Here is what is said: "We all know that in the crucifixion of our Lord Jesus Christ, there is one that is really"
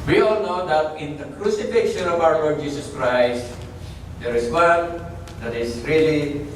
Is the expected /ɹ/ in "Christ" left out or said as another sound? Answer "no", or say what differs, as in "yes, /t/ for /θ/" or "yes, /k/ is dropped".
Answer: no